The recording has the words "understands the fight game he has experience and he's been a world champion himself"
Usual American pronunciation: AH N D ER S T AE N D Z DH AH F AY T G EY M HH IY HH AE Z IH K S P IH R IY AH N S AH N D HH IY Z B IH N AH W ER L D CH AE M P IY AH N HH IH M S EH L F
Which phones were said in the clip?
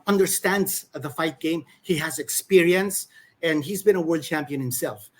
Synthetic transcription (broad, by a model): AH N D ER S T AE N D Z DH AH F AY T G EY M HH IY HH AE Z IH K S P IH R IY AH N S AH N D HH IY Z B IH N AH W ER L D CH AE M P IY AH N HH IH M S EH L F